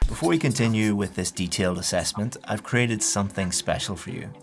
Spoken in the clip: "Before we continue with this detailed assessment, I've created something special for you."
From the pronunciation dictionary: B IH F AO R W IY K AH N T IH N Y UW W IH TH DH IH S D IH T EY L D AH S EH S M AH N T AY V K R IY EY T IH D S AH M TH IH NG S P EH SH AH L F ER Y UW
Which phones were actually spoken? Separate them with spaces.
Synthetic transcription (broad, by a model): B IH F AO R W IY K AH N T IH N Y UW W IH DH IH S D IH T EY L D AH S EH S M AH N T AY V K R IY EY T IH D S AH M TH IH NG S P EH SH L F ER Y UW